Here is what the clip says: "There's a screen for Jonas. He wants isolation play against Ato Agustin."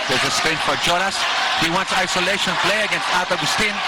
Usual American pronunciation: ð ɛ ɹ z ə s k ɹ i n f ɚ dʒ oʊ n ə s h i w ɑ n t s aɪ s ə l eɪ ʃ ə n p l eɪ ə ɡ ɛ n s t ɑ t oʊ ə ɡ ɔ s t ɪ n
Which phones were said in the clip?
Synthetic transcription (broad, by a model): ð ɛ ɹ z ə s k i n f ɚ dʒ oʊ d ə s h i w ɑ n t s aɪ s ə l eɪ ʃ ə n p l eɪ ə ɡ ɛ n s t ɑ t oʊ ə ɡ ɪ s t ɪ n